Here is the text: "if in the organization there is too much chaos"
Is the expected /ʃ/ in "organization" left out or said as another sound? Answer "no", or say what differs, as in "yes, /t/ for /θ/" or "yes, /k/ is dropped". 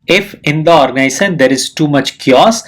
yes, /s/ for /ʃ/